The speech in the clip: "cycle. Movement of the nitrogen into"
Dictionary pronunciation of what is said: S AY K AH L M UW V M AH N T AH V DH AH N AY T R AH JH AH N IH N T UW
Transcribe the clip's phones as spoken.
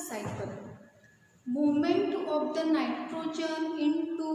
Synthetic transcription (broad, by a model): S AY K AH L M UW M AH N T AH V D AH N AY T R AH JH AH N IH N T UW